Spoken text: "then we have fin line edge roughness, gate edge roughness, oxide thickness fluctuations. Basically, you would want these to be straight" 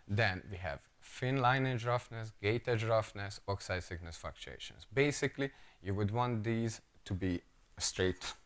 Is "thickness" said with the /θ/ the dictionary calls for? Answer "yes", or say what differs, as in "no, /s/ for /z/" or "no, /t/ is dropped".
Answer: no, /s/ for /θ/